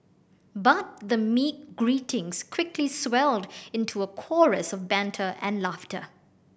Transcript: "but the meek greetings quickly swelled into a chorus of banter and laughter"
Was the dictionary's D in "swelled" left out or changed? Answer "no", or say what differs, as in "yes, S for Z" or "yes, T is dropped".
no